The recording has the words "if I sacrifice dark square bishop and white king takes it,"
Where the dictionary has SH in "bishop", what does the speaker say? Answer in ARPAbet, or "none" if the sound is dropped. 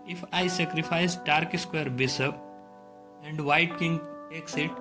S